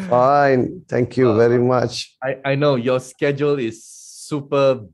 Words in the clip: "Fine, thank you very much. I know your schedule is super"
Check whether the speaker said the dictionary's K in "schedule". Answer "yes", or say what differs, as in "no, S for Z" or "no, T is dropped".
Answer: yes